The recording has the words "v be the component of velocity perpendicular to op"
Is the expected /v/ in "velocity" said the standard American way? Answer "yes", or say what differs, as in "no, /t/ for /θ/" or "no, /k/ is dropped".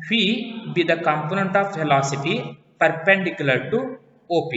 no, /f/ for /v/